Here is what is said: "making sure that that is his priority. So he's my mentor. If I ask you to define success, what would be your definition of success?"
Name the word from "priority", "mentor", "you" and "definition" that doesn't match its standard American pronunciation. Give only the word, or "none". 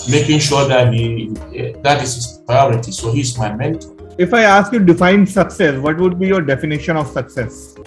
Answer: mentor